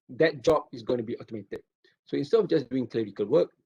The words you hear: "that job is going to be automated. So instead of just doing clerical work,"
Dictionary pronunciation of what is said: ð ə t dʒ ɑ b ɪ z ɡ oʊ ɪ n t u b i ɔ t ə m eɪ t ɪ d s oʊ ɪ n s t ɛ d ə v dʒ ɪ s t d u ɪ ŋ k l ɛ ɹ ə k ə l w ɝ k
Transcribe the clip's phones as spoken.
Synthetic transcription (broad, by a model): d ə t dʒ ɑ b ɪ s ɡ oʊ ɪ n t u b i ɔ t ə m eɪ t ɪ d s oʊ ɪ n s t ɛ d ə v dʒ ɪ s d u ɪ ŋ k l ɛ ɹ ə k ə l w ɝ k